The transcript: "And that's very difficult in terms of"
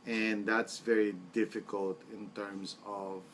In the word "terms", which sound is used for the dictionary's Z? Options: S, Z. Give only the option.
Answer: S